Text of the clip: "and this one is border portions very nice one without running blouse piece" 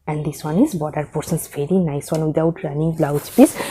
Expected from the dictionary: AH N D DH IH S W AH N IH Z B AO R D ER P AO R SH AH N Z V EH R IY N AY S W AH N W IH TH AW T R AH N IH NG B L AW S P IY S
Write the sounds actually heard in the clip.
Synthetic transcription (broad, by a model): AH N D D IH S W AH N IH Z B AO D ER P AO R S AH N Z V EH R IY N AY S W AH N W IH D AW T R AH N IH NG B L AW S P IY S